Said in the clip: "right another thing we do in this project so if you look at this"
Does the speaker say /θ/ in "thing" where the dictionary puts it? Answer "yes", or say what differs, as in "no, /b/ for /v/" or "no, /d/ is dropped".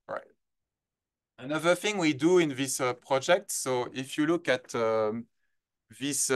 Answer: yes